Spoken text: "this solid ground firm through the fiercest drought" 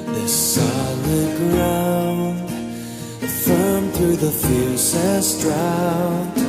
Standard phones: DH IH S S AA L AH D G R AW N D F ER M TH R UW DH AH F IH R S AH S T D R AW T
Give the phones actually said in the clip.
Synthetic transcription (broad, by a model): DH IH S S AA L AH D G R AW N D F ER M TH R UW DH AH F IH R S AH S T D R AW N